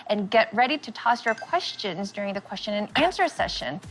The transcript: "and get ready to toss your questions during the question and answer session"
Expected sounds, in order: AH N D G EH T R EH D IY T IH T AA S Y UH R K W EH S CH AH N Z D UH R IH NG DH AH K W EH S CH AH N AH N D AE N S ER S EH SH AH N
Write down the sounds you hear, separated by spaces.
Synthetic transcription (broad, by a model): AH N G EH T R EH D IY T IH T AA S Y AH R K W EH S CH AH N Z D UH R IH NG DH AH K W EH S CH AH N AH N AE N S ER S EH SH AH N